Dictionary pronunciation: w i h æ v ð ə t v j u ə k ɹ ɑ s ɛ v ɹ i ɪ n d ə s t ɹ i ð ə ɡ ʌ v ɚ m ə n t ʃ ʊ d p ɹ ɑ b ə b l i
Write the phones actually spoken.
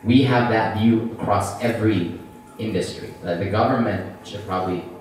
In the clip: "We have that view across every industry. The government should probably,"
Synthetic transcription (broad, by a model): w i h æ v ð ə t v j u ə k ɹ ɑ s ɛ v ɹ i ɪ n d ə s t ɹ i ð ə ɡ ʌ v ɚ m ə n t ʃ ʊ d p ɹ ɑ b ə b l i